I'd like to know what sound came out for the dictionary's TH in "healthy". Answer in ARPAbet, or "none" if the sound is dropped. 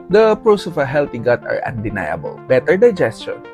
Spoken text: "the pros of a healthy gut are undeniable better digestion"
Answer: T